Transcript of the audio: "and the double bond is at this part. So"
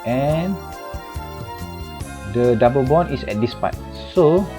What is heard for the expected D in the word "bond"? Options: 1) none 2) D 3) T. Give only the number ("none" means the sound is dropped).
1